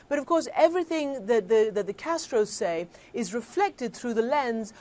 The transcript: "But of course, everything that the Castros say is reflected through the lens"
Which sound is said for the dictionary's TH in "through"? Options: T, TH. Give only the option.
TH